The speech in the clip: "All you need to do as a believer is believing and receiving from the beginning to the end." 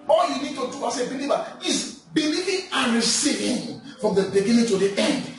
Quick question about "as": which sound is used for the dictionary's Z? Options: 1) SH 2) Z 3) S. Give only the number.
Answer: 3